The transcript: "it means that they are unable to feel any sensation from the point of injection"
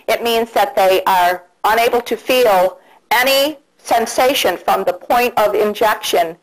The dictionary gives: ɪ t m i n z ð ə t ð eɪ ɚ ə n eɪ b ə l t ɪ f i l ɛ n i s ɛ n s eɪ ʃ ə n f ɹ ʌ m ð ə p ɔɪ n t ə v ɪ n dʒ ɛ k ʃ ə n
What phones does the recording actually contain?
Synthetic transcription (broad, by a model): ɪ t m i n z ð ə t ð eɪ ɚ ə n eɪ b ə l t ɪ f i l ɛ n i s ɛ n s eɪ ʃ ə n f ɹ ʌ m ð ə p ɔɪ n t ə v ɪ n dʒ ɛ k ʃ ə n